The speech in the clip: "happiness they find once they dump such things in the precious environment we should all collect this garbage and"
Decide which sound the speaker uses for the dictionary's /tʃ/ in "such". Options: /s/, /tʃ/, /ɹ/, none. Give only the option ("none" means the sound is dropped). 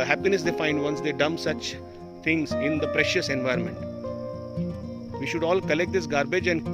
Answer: /tʃ/